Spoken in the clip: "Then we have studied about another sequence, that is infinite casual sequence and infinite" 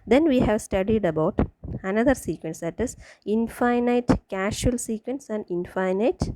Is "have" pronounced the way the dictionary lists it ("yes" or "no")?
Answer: yes